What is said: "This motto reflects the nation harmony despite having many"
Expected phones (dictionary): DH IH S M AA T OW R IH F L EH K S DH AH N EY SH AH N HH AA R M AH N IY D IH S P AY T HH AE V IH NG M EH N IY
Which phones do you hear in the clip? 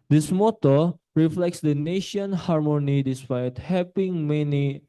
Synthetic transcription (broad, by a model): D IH S M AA T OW R IH F L EH K S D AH N EY SH AH N HH AA R M AH N IY D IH S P AY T HH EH P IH NG M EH N IY